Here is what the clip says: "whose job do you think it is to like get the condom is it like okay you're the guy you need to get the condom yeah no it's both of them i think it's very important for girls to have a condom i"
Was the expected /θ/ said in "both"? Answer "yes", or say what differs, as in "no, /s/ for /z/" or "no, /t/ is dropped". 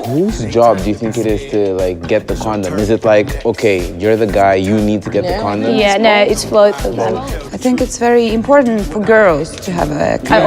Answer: no, /f/ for /θ/